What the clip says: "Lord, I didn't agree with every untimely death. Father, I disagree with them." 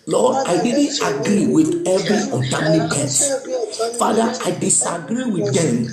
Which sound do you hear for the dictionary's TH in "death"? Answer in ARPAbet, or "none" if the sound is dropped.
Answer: S